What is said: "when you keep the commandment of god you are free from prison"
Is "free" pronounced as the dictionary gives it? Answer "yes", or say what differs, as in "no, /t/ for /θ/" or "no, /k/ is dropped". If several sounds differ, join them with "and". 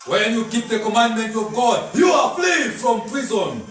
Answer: no, /l/ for /ɹ/